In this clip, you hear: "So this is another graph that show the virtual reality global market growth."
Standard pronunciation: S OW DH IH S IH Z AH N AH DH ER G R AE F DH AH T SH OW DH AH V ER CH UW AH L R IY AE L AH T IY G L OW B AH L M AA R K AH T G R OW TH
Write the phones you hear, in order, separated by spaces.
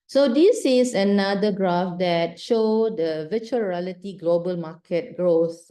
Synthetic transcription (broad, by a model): S OW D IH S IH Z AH N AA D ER G R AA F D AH T SH OW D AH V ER CH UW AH R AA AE L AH T IY G L OW B AH L M AA K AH T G R OW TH